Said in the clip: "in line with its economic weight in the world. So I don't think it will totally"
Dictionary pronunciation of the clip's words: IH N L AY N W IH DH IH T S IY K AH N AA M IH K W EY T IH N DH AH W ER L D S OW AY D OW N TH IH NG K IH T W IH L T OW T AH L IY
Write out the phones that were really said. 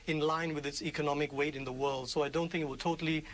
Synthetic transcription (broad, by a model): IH N L AY N W IH DH IH T S IY K AH N AA M IH K W EY T IH N DH AH W ER L D S OW AY D OW N TH IH NG K IH T W IH L T OW T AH L IY